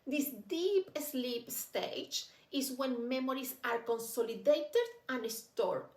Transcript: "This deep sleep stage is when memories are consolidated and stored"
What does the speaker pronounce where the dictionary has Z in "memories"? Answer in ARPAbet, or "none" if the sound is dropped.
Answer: S